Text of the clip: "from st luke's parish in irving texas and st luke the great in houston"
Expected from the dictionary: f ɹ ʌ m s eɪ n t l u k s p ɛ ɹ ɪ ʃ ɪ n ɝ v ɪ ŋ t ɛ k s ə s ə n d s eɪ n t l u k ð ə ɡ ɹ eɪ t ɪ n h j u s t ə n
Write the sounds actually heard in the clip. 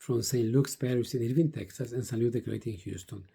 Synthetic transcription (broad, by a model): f ɹ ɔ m s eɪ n l u k s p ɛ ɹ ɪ s ɪ n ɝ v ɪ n t ɛ k s ə s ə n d s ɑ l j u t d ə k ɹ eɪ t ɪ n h j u s t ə n